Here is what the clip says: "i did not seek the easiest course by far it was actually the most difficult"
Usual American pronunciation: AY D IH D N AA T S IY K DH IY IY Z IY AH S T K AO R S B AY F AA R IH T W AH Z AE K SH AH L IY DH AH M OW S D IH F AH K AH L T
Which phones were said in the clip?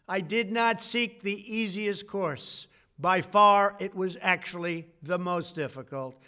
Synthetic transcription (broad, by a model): AY D IH D N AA T S IY K DH IY IY Z IY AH S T K AO R S B AY F AA R IH T W AH Z AE K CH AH L IY DH AH M OW S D IH F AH K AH L T